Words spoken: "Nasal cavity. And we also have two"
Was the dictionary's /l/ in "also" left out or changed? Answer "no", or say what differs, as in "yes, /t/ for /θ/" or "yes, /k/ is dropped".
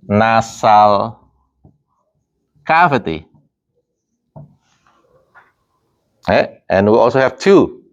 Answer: no